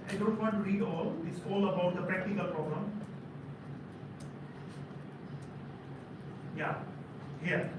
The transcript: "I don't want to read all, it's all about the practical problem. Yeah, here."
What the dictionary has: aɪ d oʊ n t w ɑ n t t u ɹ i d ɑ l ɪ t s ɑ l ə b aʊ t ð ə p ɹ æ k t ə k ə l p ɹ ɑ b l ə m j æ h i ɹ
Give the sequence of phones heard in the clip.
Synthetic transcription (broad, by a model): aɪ d oʊ n t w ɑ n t t u ɹ i d ɑ l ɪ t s ɑ l ə b aʊ t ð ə p ɹ æ k t ə k ə l p ɹ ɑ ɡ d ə m j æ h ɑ